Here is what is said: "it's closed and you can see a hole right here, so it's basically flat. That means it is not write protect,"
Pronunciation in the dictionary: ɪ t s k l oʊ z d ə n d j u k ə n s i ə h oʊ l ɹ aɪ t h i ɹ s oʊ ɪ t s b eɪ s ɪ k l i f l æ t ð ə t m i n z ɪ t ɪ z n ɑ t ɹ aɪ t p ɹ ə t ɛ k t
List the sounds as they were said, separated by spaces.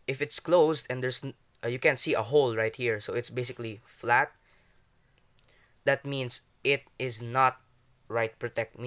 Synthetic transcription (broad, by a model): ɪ t s k l oʊ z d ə n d j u k ə n s i ə h oʊ l ɹ aɪ t h i ɹ s oʊ ɪ t s b eɪ s ɪ k l i f l æ t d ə t m i n s ɪ t ɪ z n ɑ t ɹ aɪ t p ɹ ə t ɛ k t